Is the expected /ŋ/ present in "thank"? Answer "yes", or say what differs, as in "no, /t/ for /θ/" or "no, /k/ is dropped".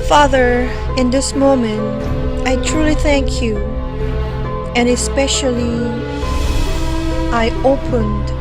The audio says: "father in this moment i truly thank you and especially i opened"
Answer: yes